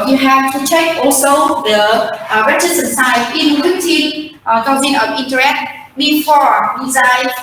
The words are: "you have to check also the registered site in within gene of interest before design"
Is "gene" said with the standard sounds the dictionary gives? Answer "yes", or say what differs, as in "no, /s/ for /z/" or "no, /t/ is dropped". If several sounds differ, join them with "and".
no, /z/ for /dʒ/